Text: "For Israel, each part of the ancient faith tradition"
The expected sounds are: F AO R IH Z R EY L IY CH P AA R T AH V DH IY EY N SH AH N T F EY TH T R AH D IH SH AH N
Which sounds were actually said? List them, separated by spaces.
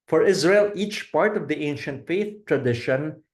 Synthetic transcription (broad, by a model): F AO R IH Z R EY L IY CH P AA R T AH V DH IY EY N SH AH N T F EY TH T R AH D IH SH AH N